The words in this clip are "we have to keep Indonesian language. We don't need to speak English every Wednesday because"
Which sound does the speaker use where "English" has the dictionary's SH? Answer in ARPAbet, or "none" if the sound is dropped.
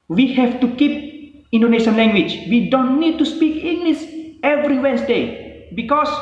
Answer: S